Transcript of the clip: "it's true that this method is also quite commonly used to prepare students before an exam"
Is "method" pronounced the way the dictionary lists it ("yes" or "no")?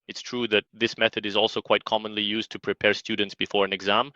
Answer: yes